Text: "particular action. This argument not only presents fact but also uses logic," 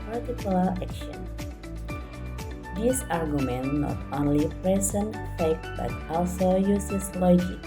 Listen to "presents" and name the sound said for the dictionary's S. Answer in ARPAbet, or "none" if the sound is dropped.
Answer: none